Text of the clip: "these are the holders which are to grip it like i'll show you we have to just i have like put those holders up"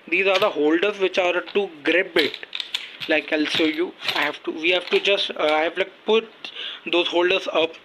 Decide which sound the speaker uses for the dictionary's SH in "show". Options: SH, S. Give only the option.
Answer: S